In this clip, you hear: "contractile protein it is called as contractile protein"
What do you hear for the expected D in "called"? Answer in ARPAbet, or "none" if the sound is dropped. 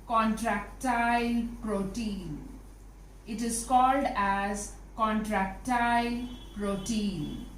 D